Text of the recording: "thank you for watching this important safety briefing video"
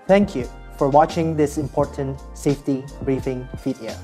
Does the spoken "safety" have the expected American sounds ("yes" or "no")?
yes